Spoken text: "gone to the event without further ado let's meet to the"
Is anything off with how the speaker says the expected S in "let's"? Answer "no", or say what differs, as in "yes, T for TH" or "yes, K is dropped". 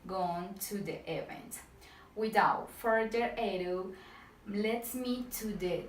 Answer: yes, S is dropped